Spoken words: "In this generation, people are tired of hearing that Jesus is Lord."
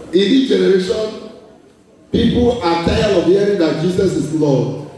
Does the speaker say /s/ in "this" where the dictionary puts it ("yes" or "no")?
no